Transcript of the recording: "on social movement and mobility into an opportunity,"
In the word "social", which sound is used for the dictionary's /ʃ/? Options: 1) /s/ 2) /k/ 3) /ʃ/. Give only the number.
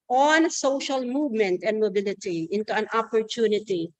3